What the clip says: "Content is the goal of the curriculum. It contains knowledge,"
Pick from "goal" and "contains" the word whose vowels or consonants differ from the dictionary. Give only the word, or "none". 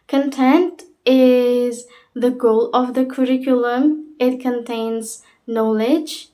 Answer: none